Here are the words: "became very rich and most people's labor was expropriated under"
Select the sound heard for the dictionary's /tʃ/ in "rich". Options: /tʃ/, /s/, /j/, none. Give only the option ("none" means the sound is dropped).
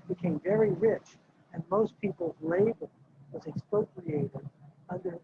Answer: /tʃ/